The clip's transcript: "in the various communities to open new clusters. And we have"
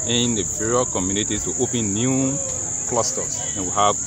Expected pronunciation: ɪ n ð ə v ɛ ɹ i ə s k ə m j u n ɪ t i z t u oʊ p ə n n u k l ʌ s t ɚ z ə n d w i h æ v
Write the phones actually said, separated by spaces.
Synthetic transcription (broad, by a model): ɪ n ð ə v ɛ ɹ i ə k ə m j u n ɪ t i t u oʊ p ə n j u k l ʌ s t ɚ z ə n w i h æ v